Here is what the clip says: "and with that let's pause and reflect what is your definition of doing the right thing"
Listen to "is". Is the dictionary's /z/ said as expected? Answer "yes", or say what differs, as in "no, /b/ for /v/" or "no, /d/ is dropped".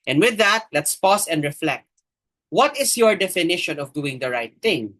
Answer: no, /s/ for /z/